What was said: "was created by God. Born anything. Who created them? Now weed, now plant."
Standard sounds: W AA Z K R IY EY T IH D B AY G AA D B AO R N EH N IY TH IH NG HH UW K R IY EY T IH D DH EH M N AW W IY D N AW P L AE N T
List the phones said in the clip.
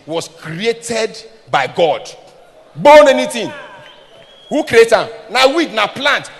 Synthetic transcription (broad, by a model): W AA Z K R IY EY T IH D B AY G AA D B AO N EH N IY T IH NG HH UW K R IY EY T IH N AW W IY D N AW P L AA N T